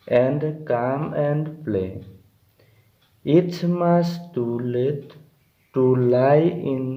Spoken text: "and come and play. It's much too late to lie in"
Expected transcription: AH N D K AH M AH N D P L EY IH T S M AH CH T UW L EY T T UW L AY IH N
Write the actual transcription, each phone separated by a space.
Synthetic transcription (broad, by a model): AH N D K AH M AH N D P L EY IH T M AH S T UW L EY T T UW L AY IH N